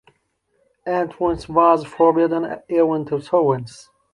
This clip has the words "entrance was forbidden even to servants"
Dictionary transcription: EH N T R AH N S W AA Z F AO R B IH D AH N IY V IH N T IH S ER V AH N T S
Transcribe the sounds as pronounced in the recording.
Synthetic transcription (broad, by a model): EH N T W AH N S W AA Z F AO R B IH D AH N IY W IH N T IH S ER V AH N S